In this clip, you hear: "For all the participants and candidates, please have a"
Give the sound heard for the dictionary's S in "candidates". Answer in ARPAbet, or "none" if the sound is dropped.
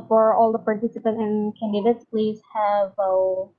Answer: S